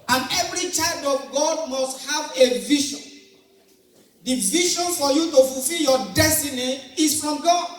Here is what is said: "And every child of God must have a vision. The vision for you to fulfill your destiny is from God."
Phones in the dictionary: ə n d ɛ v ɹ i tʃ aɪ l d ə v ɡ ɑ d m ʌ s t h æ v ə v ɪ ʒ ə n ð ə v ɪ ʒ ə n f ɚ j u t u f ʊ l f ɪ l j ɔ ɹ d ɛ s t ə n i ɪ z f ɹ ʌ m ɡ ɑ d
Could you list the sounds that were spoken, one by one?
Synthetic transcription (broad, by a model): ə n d ɛ v ɹ i tʃ aɪ l d ə v ɡ ɑ d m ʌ s t h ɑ v ə v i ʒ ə n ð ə v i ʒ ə n f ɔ j u t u f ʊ l f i l j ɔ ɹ d ɛ s t ə n i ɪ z f ɹ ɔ m ɡ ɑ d